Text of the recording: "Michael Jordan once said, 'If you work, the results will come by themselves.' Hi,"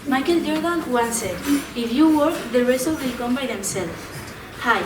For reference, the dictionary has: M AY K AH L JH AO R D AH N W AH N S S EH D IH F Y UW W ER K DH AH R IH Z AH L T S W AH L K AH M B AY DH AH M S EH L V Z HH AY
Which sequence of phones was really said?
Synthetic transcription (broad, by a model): M AY K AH L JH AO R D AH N W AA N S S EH IH F Y UW W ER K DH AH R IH S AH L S W AH L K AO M B AY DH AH M S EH L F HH AY